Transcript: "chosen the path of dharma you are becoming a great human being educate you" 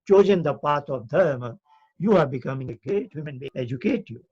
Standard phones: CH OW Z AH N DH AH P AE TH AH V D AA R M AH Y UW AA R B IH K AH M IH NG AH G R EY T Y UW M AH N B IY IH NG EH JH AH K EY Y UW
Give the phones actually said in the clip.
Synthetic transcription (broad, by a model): CH OW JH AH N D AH P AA T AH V D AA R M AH Y UW AA R B IH K AH M IH NG AH G R EY T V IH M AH N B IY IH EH JH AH K EY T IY